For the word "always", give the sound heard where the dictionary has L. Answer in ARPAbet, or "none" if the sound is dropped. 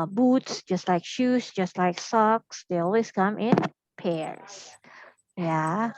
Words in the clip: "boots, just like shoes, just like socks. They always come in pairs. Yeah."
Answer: L